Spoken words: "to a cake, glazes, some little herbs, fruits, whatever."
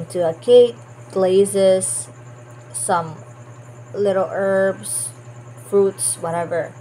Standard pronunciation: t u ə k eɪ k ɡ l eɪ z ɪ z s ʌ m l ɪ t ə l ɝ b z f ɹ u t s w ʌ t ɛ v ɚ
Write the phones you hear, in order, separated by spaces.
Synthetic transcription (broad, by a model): t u ə k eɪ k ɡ l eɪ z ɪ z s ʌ m l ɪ t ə l ɝ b s f ɹ u t s w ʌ t ɛ v ɚ